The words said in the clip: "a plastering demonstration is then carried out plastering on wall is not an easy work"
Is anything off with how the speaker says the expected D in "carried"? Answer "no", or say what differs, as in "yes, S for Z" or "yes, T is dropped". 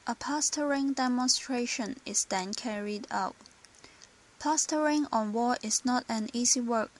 no